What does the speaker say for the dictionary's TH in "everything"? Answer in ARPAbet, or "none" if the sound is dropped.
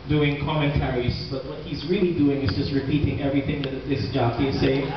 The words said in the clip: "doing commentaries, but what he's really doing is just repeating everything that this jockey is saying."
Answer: TH